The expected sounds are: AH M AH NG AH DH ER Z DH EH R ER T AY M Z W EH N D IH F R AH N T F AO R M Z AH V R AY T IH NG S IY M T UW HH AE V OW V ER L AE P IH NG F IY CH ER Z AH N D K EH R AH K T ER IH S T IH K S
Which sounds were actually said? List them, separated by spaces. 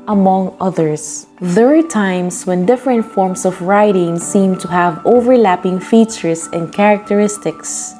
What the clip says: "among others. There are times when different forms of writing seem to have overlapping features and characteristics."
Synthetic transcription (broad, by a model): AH M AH NG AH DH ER S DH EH R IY T AY M S W EH N D IH F R AH N T F AO R M S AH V R AY T IH NG S IY M T UW HH AE V OW V ER L AE P IH NG F IY CH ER S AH N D K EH R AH K T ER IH S T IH K S